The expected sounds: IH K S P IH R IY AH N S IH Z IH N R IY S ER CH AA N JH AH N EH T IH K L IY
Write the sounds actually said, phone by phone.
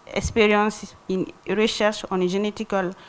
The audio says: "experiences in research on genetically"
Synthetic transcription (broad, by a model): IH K S P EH R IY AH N S IH N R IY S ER SH AA N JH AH N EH T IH K L